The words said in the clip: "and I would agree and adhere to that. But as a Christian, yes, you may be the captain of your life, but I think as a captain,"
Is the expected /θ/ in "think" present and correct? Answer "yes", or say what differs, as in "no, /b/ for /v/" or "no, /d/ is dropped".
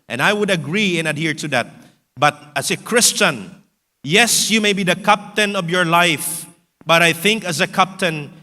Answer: yes